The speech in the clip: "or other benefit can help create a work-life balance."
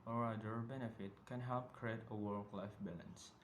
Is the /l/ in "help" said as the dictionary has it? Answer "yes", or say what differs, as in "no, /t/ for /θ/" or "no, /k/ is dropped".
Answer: yes